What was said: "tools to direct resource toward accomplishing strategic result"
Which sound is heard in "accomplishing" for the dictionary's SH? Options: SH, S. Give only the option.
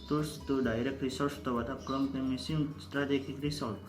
S